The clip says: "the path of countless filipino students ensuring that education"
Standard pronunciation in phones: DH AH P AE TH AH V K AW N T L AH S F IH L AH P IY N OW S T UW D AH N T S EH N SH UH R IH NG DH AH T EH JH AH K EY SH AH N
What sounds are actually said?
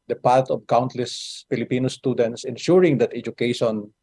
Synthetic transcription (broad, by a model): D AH P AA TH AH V K AW N T L AH S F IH L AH P IY N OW S T UW D AH N T S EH N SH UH R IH NG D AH T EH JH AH K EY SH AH N